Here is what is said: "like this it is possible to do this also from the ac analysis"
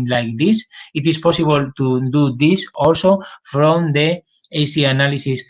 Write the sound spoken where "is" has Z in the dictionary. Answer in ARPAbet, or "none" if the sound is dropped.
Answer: S